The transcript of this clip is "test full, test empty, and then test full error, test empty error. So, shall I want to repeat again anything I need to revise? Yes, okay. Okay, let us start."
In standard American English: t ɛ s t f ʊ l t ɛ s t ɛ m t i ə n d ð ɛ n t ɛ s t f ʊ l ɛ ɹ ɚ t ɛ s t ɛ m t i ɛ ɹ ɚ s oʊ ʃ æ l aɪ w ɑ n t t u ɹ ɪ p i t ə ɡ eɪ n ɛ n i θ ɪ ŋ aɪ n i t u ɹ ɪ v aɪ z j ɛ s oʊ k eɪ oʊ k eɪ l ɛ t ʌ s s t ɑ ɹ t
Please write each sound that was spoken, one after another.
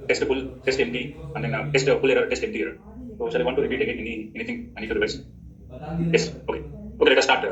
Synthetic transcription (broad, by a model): t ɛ s t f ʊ l t ɛ s t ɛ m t i ə n d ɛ n t ɛ s t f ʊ l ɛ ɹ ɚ t ɛ s t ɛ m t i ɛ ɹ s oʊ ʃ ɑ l aɪ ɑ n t t u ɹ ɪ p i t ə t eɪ n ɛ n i t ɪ ŋ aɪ n i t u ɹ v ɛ s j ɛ s oʊ k eɪ oʊ k eɪ l ɛ t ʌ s s t ɑ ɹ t